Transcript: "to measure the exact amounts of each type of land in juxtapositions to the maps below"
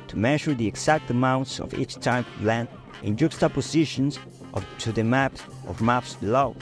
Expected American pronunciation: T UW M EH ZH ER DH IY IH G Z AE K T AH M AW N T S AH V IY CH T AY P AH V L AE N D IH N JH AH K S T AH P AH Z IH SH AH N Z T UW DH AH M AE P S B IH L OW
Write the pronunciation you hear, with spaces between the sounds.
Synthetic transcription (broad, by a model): T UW M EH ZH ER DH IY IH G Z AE K T AH M AW N T S AH V IY CH T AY AH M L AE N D IH N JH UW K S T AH P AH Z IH SH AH N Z T UW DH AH M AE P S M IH L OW